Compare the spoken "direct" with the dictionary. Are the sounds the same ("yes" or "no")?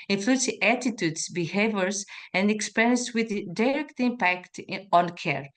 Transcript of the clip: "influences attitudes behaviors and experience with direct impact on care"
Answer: yes